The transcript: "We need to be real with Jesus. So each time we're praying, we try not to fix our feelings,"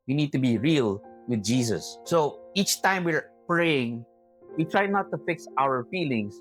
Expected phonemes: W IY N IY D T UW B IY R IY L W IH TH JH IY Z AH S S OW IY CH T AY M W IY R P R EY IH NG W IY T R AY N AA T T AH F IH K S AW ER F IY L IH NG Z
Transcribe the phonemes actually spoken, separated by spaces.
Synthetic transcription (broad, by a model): W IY N IY D T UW B IY R IY L W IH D JH IY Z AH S S OW IY CH T AY M W IY R P R EY IH NG W IY T R AY N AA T T AH F IH K S AW ER F IY L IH NG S